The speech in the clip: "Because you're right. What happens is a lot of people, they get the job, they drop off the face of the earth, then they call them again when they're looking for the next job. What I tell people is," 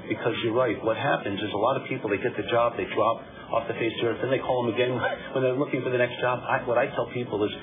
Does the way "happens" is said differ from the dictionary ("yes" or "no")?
no